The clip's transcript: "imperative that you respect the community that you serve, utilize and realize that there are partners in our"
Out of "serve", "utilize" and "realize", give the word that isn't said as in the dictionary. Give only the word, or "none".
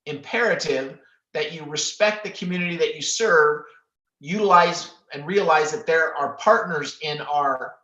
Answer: none